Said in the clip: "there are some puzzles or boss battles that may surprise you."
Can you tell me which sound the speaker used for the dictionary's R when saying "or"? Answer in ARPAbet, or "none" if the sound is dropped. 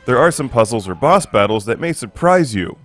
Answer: R